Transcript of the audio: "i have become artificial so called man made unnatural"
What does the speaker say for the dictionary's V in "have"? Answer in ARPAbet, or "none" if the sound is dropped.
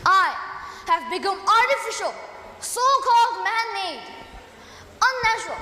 V